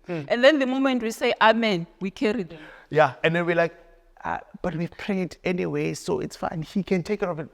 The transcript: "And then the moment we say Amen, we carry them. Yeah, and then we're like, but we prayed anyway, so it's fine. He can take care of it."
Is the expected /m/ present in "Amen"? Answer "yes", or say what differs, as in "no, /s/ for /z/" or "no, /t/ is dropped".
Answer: yes